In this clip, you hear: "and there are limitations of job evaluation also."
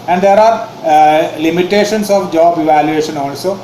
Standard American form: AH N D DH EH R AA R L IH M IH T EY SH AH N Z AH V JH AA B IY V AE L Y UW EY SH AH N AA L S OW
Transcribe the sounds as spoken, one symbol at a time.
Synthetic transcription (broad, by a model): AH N D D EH R AA R L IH M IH T EY SH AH N S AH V JH AA B IY V AE L Y UW EY SH AH N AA L S OW